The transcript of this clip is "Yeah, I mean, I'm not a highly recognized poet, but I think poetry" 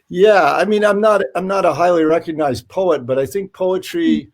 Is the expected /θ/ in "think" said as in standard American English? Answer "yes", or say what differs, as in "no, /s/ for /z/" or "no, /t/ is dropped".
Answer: yes